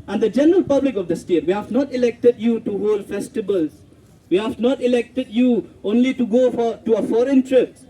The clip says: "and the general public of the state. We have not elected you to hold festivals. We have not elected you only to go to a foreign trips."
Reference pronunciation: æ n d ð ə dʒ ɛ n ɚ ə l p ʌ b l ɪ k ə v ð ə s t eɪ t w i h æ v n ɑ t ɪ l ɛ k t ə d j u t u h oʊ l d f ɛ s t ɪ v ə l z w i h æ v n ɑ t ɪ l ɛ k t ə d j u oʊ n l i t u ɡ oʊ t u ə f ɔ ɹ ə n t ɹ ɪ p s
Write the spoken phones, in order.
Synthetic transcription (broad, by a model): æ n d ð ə dʒ ɛ n ɚ ə l p ʌ b l ɪ k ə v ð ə s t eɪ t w i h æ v n ɑ t ɪ l ɛ k t ə d j u t u h oʊ l d f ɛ s t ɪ b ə l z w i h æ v n ɑ t ɪ l ɛ k t ə d j u oʊ n l i t u ɡ oʊ t u ə f ɔ ɹ ə n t ɹ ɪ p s